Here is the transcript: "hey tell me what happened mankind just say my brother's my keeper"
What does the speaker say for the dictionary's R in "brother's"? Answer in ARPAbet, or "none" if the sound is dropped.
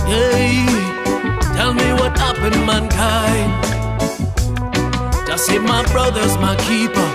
R